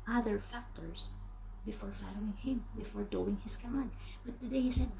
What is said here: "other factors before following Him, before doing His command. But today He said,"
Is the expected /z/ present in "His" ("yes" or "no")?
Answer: no